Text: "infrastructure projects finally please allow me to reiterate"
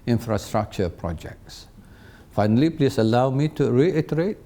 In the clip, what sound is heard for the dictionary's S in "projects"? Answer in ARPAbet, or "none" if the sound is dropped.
S